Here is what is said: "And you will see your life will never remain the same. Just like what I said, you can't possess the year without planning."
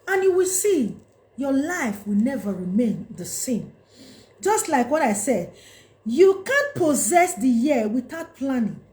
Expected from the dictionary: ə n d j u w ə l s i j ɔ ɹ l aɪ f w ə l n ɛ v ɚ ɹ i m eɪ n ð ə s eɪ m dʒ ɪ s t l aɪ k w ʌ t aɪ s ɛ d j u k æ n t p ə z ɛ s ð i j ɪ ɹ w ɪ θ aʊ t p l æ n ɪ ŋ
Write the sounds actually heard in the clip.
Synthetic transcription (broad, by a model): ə n j u w ə l s i j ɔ l aɪ f w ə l n ɛ v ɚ ɹ i m eɪ n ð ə s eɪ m dʒ ɪ s t l aɪ k w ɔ t aɪ s ɛ d j u k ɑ n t p ə z ɛ s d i j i w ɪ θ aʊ t p l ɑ n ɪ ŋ